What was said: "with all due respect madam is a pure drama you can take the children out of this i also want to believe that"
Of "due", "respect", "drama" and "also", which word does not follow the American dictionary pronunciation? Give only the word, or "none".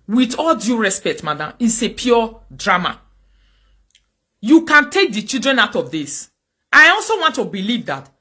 none